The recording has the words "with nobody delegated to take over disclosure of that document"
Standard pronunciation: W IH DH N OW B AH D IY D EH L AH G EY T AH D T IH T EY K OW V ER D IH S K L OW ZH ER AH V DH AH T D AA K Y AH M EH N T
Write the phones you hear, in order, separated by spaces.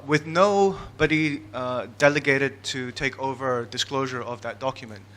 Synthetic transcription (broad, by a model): W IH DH N OW B AH D IY D EH L AH G EY T AH D T IH T EY K OW V ER D IH S K L OW ZH ER AH V DH AH T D AA K Y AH M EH N T